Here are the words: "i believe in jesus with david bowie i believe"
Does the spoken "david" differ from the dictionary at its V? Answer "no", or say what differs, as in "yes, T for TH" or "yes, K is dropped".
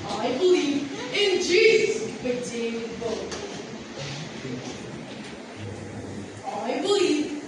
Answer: yes, V is dropped